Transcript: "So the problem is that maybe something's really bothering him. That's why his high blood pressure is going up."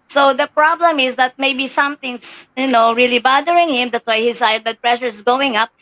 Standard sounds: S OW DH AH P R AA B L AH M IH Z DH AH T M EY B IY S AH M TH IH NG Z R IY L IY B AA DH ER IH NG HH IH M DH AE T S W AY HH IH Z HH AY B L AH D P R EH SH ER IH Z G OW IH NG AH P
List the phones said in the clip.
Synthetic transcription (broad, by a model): S OW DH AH P R AA B L AH M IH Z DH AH T M EY B IY S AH M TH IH NG S R IY L IY B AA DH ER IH NG HH IH M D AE T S W AY HH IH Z AY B AH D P R EH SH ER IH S G OW IH NG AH P